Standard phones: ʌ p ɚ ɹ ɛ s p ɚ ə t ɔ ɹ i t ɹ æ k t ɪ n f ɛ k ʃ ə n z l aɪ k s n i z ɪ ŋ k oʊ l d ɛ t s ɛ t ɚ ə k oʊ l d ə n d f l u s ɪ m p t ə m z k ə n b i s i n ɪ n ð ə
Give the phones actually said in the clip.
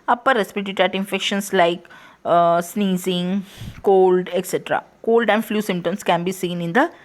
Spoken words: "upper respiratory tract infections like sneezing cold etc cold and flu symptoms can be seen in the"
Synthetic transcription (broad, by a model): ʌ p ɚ ɹ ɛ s p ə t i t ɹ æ t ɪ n f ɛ k ʃ ə n s l aɪ k s n i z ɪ ŋ k oʊ l d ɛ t s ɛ t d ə k oʊ l d ə n d f l u s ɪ m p t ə m s k ə n b i s i n ɪ n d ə